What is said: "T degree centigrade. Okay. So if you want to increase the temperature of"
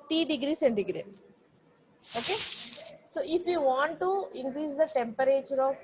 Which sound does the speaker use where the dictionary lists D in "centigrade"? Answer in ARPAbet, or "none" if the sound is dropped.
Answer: none